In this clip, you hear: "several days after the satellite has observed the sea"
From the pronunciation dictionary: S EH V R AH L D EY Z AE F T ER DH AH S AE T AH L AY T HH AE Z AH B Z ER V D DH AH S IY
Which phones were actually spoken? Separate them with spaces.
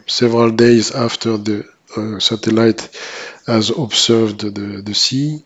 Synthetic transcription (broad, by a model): S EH V R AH L D EY Z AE F T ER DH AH S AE T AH L AY T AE Z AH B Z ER V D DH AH S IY